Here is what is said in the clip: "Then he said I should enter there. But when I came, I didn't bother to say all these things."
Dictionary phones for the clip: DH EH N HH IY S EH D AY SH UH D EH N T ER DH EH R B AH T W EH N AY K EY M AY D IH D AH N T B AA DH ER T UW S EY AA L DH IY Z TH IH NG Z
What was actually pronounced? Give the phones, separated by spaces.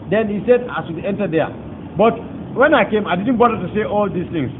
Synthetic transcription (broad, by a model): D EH N HH IY S EH D AY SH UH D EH N T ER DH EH B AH T W EH N AY K EY M AY D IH D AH N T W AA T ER T UW S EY AA L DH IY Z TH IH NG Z